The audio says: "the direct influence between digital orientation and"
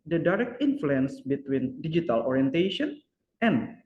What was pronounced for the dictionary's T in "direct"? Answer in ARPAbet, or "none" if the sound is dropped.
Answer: T